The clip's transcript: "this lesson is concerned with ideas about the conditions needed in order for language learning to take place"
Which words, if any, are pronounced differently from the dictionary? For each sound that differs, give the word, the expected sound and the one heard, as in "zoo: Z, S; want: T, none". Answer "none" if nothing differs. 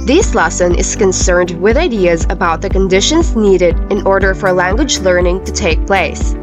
none